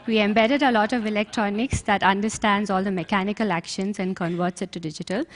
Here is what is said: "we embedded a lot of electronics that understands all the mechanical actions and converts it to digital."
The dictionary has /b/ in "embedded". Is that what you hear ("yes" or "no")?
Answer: yes